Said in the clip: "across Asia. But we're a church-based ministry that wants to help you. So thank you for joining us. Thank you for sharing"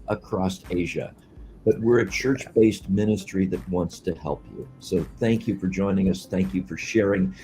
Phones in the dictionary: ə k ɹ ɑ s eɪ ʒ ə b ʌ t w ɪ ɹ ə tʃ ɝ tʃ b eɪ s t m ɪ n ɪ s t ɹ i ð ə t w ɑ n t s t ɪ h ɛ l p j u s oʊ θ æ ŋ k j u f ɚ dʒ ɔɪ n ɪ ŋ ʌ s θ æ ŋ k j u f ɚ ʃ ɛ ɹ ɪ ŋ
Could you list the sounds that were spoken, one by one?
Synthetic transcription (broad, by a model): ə k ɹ ɑ s eɪ ʒ ə b ʌ t w ɪ ɹ ə tʃ ɝ tʃ b eɪ s t m ɪ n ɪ s t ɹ i ð ə t w ɑ n t s t ɪ h ɛ l p j u s oʊ θ æ ŋ k j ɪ f ɚ dʒ ɔɪ n ɪ ŋ ʌ s θ æ ŋ k j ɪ f ɚ ʃ ɛ ɹ ɪ ŋ